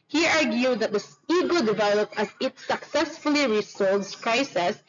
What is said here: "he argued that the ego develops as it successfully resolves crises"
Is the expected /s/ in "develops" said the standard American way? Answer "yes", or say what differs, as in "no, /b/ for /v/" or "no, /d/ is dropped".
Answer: no, /s/ is dropped